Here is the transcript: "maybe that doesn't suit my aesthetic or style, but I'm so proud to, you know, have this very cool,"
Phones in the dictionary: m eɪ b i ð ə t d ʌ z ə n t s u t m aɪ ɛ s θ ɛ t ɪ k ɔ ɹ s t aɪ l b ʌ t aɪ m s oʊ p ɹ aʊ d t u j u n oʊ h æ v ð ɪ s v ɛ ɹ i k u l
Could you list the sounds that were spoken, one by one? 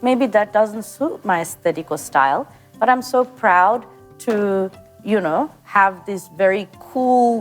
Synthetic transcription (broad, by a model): m eɪ b i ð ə t d ʌ z ə n t s u t m aɪ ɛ s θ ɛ t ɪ k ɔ l s t aɪ l b ʌ t aɪ m s oʊ p ɹ aʊ d t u j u n oʊ h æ v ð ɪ s v ɛ ɹ i k u l